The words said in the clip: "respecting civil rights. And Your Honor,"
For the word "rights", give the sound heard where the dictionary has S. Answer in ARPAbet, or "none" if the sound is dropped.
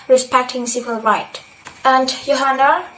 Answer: none